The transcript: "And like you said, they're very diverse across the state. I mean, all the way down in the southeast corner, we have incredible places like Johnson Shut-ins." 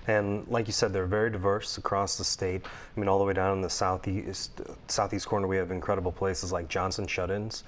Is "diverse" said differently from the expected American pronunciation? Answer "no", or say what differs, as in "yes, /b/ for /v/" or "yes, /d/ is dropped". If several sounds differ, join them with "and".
no